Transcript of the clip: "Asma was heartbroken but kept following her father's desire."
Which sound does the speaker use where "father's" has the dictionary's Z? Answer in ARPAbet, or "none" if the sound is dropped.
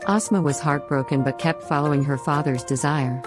Z